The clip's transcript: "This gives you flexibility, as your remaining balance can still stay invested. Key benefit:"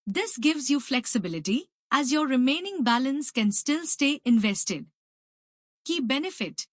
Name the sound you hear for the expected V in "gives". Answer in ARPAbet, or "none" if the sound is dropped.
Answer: V